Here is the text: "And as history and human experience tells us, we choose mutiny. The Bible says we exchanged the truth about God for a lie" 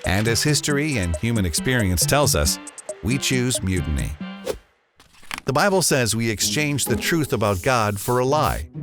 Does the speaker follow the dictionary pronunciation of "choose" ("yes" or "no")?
yes